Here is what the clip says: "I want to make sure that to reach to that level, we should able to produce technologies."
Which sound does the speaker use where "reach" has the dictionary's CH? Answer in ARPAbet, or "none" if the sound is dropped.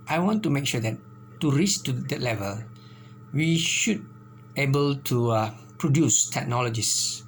S